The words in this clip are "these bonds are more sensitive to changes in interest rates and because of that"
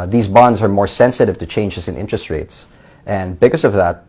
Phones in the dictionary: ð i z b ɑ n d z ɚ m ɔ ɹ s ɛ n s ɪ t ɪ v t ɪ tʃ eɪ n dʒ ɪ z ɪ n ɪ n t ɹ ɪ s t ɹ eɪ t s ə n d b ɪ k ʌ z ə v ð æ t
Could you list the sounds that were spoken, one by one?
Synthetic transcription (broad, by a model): ð i z b ɑ n d z ɚ m ɔ ɹ s ɛ n s ɪ t ɪ v t ɪ tʃ eɪ n dʒ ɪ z ɪ n ɪ n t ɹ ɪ s t ɹ eɪ t s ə n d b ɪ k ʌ s ə v ð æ t